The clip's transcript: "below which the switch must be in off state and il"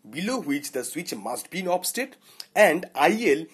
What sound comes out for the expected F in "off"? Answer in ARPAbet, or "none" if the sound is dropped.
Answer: P